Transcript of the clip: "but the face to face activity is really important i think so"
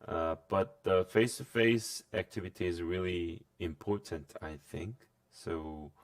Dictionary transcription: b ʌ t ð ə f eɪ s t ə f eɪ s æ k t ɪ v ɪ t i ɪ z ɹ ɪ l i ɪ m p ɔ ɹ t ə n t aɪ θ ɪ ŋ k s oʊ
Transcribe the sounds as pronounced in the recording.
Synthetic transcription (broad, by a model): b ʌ t ð ə f eɪ s t ə f eɪ s æ k t ɪ v ɪ t i ɪ z ɹ ɪ l i ɪ m p ɔ ɹ t ə n t aɪ θ ɪ ŋ k s oʊ